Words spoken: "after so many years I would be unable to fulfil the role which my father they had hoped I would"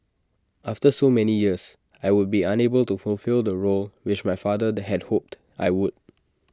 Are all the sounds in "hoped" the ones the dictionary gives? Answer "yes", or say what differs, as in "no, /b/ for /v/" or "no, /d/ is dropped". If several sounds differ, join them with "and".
yes